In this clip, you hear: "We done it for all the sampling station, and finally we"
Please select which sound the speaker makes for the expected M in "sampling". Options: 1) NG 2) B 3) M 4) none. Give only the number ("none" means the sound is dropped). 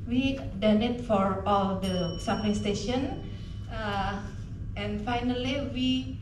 4